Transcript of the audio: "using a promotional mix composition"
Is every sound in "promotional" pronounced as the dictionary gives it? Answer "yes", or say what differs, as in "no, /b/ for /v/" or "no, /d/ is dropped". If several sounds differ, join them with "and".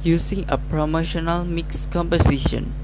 yes